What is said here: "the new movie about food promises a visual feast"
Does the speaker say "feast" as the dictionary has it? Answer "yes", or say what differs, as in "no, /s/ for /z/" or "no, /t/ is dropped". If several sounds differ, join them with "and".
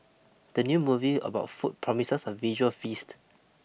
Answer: yes